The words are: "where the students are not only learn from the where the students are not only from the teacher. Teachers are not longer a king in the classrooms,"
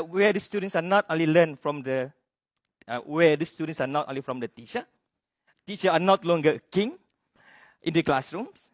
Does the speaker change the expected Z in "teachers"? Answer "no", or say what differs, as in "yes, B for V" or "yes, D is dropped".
yes, Z is dropped